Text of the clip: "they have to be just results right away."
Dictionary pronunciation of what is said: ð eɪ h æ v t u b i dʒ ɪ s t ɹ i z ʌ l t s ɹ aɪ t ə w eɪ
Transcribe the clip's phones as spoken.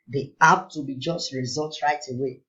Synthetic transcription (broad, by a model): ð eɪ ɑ p t u b i dʒ ɪ s t ɹ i z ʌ l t ɹ aɪ t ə w eɪ